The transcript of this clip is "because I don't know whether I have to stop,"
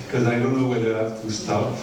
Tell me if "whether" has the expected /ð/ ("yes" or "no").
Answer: no